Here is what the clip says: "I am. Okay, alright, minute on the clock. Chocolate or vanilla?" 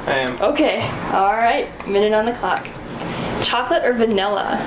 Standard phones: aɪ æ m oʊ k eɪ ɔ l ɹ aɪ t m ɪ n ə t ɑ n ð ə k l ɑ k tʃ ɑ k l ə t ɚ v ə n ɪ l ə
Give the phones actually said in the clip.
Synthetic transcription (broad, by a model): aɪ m oʊ k eɪ ɔ l ɹ aɪ t m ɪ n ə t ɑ n ð ə k l ɑ k tʃ ɑ k l ə t ɚ v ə n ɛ l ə